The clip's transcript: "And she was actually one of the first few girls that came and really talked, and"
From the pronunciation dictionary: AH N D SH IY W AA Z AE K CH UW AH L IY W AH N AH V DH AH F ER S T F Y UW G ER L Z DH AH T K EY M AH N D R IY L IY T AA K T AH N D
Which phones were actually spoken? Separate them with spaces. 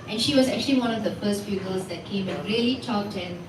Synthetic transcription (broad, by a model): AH N SH IY W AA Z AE K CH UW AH L IY W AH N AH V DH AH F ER S T F Y UW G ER L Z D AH T K EY M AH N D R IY L IY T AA T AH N